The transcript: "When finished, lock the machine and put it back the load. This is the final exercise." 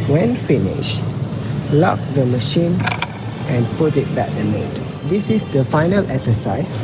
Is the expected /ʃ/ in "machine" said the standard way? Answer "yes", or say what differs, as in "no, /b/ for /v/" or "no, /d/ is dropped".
yes